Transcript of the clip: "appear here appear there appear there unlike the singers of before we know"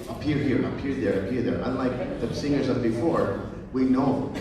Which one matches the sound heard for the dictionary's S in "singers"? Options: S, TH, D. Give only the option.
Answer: S